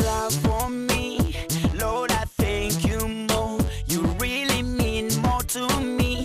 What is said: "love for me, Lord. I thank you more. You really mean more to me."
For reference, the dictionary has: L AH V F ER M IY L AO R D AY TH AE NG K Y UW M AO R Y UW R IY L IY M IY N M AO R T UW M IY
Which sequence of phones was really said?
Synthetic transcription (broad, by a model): L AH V F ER M IY L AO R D AY TH AE NG K Y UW M AO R Y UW R IY L IY M IY N M AO R T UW M IY